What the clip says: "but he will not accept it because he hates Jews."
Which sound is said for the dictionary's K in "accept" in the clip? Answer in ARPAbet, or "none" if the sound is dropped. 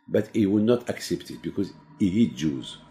K